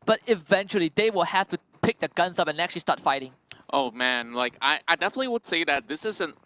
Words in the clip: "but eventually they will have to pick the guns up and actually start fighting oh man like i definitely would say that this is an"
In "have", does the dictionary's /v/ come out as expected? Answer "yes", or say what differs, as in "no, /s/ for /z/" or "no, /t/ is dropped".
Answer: no, /f/ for /v/